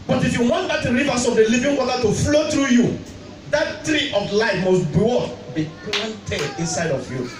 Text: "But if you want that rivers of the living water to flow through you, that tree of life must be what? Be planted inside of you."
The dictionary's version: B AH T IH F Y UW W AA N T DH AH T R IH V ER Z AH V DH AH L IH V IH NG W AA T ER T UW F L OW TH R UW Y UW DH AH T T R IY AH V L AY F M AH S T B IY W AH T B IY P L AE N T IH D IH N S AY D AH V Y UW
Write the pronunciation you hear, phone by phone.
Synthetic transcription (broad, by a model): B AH T IH F Y UW W AA N T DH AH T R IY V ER S AH V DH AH L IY V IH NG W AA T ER T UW F L OW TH R UW Y UW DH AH T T R IY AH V L AY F M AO S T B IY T B IY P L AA N T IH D IH N S AY D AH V Y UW